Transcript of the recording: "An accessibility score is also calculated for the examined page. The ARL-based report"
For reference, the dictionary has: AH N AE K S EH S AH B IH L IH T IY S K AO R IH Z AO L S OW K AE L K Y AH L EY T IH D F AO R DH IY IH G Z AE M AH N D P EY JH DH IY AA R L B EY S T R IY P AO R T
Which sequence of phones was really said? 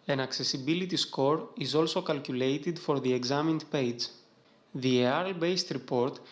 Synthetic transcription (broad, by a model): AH N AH K S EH S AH B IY L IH T IY S K AO R IH Z AO L S OW K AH L K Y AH L EY T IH D F AO R DH IY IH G Z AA M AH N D P EY JH DH IY AA R L B EY S T R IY P AO R T